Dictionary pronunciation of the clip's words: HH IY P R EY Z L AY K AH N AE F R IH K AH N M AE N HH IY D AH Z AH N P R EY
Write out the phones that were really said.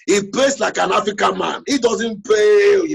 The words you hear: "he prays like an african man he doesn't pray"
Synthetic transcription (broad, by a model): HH IY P EY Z L AY K AH N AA F R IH K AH N M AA N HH IY D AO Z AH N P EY